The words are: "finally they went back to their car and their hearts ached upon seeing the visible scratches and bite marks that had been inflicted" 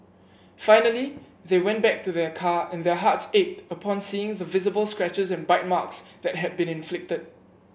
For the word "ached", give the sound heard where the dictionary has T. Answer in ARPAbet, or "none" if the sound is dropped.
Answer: T